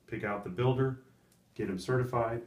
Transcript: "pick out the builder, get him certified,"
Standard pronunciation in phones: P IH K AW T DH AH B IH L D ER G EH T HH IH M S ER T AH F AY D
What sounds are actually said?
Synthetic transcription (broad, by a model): P IH K AW T DH AH B IH L D ER G EH T HH IH M S ER T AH F AY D